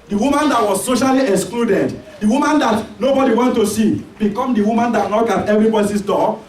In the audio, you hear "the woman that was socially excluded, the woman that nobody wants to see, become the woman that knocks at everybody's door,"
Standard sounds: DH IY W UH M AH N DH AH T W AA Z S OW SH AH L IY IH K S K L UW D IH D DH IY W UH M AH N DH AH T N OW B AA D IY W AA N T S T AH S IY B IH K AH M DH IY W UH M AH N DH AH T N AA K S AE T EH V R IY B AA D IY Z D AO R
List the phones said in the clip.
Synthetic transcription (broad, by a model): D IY W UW M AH N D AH T W AA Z S OW SH AH L IY IH K S K L UW D IH D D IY W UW M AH N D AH T N OW B AA D IY W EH N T T AH S IY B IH K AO M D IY W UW M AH N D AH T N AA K AA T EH V R IY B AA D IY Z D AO